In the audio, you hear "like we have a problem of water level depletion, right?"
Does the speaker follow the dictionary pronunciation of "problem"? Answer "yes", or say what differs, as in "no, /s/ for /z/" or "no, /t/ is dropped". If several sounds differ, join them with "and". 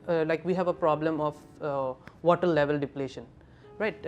yes